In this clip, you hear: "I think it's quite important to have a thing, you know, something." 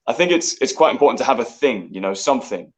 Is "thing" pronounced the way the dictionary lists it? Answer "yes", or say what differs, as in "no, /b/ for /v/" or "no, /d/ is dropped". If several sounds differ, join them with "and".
yes